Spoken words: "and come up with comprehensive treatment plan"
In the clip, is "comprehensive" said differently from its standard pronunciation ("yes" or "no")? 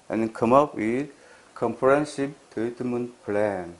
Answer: yes